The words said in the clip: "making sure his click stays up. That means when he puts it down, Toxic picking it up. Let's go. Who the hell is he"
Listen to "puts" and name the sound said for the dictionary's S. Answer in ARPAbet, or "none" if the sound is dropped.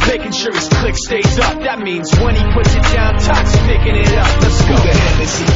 S